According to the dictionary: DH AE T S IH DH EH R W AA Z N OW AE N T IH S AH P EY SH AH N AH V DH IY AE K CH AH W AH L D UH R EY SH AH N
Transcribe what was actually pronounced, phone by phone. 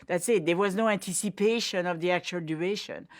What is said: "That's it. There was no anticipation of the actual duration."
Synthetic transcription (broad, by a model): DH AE T S IH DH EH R W AA Z N OW AE N T IH S AH P EY SH AH N AH V DH IY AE K CH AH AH L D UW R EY SH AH N